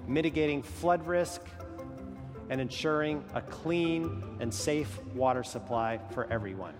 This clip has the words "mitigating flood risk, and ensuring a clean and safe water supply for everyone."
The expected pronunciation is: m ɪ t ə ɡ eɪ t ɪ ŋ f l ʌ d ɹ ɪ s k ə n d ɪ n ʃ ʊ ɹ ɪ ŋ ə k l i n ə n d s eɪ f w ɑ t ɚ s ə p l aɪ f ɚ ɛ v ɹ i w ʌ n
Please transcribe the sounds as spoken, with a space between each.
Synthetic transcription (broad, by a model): m ɪ t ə ɡ eɪ t ɪ ŋ f l ʌ d ɹ ɪ s k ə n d ɪ n ʃ ʊ ɹ ɪ ŋ ə k l i n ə n s eɪ f w ɑ t ɚ s ə p l aɪ f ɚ ɛ v ɹ i w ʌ n